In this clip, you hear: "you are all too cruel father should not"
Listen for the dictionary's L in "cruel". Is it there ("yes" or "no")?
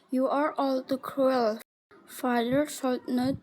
yes